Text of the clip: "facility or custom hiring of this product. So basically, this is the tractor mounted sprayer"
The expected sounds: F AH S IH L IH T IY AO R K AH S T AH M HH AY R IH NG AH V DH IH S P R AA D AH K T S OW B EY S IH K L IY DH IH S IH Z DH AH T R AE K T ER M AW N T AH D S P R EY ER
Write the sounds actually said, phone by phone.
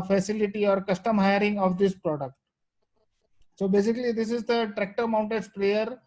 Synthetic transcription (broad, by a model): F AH S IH L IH T IY AO R K AH S T AH M HH AY R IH NG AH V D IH S P R AA D AH K T S OW B EY S IH K L IY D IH S IH Z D AH T R AE K T ER M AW N T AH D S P R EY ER